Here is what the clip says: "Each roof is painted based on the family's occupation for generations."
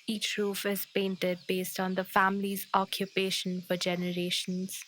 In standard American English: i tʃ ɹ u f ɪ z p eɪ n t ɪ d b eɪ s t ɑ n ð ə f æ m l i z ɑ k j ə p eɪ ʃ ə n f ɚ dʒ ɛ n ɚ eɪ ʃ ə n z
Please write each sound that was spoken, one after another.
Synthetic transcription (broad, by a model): i tʃ ɹ u f ɪ z p eɪ n t ɪ d b eɪ s t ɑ n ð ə f æ m l i z ɑ k j ə p eɪ ʃ ə n f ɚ dʒ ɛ n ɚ eɪ ʃ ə n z